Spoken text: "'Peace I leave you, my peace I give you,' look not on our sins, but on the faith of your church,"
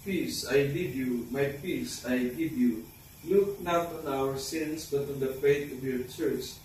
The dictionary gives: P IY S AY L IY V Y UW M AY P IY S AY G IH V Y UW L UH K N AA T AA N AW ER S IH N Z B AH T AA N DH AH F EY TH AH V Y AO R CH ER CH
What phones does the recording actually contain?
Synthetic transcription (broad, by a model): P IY S AY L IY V Y UW M AY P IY S AY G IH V Y UW L UH K N AA T AA N AW ER S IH N S B AH T AA N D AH F EY T AH V Y AO R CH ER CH